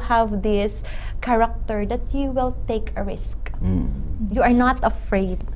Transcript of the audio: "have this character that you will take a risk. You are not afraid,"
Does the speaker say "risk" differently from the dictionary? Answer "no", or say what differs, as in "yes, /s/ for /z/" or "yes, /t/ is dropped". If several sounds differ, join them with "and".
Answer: no